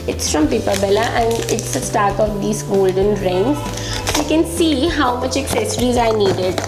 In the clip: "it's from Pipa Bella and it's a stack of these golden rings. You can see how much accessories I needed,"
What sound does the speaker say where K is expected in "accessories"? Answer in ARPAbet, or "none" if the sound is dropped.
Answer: K